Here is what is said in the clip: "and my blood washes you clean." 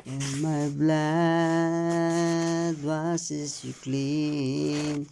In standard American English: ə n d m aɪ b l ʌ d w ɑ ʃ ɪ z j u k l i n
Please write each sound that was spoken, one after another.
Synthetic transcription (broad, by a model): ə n m aɪ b l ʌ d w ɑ s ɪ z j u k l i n